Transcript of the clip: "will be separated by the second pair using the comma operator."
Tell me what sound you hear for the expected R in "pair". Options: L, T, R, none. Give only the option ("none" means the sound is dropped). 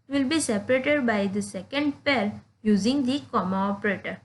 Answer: L